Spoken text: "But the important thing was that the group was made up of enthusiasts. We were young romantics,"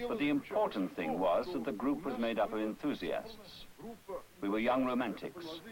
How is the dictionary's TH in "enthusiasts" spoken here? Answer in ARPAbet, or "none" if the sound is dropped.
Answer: TH